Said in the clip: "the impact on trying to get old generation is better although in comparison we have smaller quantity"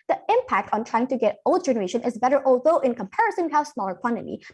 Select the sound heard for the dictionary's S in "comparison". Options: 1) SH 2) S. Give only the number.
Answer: 2